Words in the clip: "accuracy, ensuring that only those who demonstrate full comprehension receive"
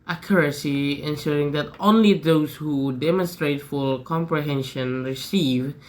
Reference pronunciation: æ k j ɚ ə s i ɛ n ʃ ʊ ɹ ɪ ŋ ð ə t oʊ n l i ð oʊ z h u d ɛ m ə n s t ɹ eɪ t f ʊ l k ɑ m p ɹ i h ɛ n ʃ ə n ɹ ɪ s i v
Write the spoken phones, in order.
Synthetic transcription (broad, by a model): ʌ k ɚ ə s i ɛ n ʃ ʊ ɹ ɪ ŋ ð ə t oʊ n l i ð oʊ z h u d ɛ m ə n s t ɹ eɪ t f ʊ l k ɑ m p ɹ i h ɛ n ʃ ə n ɹ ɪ s i v